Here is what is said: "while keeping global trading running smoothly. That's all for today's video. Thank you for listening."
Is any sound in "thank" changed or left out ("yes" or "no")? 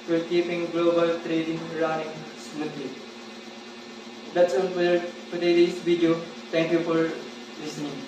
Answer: yes